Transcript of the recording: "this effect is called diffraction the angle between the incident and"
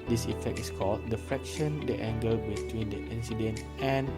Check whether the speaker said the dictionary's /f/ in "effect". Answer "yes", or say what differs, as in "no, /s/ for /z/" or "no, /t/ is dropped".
yes